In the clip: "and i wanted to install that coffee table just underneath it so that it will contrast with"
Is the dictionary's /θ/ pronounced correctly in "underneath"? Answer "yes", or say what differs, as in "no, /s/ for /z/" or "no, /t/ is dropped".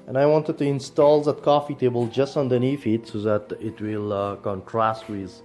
no, /f/ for /θ/